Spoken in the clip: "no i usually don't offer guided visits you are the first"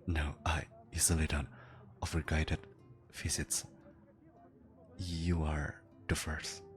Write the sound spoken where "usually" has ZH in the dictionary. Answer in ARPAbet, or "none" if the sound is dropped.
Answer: Z